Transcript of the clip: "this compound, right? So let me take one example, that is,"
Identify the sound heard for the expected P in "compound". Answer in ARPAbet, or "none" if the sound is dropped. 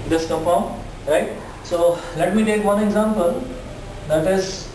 F